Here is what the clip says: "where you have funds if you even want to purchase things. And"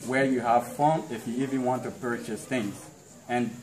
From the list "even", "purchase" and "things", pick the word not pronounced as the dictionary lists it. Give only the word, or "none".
none